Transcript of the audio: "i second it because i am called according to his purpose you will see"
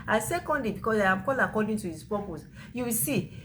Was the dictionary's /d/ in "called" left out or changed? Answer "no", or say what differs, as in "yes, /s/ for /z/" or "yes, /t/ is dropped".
yes, /d/ is dropped